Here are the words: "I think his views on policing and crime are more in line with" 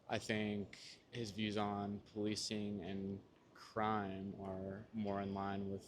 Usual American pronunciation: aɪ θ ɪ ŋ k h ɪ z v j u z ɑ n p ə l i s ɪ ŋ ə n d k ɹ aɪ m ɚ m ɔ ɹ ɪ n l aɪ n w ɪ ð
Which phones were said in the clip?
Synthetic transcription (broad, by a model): aɪ θ ɪ ŋ k h ɪ z v j u z n p ə l i s ɪ ŋ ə n k ɹ aɪ m ɚ m ɔ ɹ ɪ n l aɪ n w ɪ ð